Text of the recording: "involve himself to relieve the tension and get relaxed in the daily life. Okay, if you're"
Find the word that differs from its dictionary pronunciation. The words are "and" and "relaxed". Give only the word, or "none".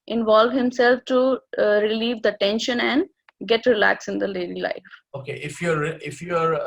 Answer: relaxed